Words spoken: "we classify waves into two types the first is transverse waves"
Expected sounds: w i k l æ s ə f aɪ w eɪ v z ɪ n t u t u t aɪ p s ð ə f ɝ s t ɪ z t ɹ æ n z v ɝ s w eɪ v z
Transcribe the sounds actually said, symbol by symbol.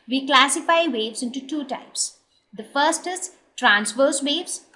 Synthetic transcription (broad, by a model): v i k l æ s ə f aɪ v eɪ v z ɪ n t u t u t aɪ p s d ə f ɝ s t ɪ s t ɹ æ n s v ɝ s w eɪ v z